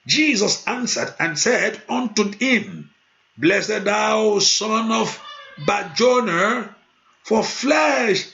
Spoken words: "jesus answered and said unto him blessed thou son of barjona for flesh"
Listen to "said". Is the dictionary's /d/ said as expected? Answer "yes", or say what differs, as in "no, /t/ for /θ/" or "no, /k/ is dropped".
yes